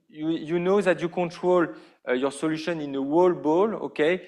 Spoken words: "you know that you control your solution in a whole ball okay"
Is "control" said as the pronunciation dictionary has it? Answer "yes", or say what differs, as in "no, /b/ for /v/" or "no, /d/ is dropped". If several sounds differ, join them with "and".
yes